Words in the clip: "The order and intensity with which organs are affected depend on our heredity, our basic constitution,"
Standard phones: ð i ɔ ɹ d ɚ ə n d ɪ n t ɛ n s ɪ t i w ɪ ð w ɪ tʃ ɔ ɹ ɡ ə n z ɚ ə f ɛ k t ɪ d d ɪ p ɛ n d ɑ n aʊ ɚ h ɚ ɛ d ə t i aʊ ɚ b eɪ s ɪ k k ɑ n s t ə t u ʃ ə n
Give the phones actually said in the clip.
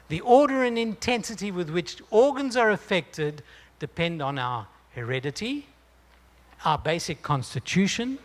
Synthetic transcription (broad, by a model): ð i ɔ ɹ d ɚ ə n ɪ n t ɛ n s ɪ t i w ɪ ð w ɪ tʃ ɔ ɹ ɡ ə n z ɚ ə f ɛ k t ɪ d d ɪ p ɛ n d n aʊ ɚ h ɚ ɛ d ə t i aʊ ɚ b eɪ s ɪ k k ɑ n s t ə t u ʃ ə n